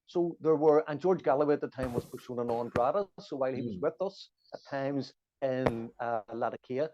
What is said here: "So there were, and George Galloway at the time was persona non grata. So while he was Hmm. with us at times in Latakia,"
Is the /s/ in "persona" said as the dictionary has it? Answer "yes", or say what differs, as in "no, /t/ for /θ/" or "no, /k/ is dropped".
no, /ʃ/ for /s/